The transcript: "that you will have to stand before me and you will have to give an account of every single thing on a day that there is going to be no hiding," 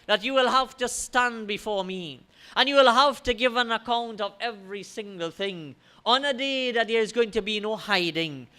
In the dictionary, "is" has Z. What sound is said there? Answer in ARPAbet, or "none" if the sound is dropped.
Z